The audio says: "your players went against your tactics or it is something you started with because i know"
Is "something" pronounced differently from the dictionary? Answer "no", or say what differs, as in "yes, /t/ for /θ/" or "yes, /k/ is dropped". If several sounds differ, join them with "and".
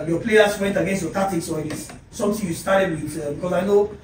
yes, /t/ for /θ/